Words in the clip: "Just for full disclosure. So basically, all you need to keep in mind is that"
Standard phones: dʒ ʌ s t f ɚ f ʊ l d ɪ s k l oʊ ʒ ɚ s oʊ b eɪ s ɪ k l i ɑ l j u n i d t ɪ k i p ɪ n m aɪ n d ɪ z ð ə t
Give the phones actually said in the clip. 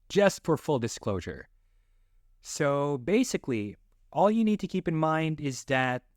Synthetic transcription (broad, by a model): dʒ ʌ s t f ɚ f ʊ l d ɪ s k l oʊ ʒ ɚ s oʊ b eɪ s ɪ k l i ɑ l j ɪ n i d t ɪ k i p ɪ n m aɪ n d ɪ z ð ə t